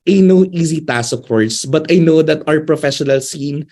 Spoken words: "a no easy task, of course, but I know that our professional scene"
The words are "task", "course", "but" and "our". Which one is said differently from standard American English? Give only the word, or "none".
task